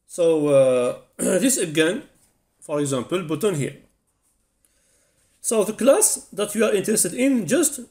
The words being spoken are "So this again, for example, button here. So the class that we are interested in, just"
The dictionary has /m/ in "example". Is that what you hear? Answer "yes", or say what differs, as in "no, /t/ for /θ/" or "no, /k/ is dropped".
yes